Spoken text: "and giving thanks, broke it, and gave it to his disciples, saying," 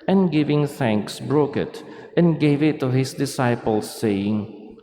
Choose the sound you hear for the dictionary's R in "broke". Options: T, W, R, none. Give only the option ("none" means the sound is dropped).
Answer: R